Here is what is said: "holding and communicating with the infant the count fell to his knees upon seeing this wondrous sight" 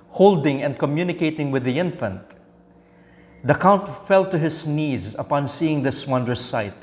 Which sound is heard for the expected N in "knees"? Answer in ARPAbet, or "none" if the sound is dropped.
N